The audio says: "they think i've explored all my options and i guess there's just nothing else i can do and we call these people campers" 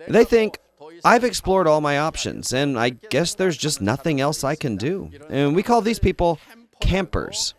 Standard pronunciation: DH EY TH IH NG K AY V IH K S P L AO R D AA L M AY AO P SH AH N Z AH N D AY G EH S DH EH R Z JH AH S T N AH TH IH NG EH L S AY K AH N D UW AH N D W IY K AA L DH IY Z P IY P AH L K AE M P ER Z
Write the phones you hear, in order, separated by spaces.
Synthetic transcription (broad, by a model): DH EY TH IH NG K AY V IH K S P L AO R D AA L M AY AO P SH AH N Z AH N AY G EH S DH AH R Z JH AH S T N AH TH IH NG EH L S AY K AH N D UW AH N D W IY K AA L DH IY Z P IY P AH L K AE M P ER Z